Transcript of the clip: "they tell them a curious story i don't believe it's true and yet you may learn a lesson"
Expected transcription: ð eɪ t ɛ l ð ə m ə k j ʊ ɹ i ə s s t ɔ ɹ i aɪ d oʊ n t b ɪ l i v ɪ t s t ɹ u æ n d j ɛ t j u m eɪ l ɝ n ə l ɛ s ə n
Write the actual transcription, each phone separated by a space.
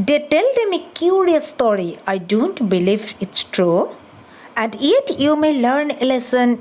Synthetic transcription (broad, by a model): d eɪ t ɛ l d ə m ə k j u ɹ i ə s s t ɔ ɹ i aɪ d oʊ n t b ɪ l i v ɪ t s t ɹ u æ n d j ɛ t j u m eɪ l ɝ n ə l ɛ s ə n